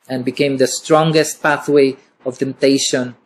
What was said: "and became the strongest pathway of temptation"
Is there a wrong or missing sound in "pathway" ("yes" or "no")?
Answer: no